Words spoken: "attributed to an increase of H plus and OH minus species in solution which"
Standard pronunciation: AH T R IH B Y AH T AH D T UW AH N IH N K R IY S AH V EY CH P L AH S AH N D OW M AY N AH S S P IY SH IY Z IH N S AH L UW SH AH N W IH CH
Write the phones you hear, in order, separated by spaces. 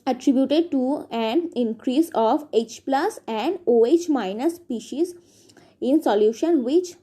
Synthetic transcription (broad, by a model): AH T R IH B Y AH T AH D T UW AH N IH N K R IY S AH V EY CH P L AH S AH N D OW M AY N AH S S P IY SH IY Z IH N S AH L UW SH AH N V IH CH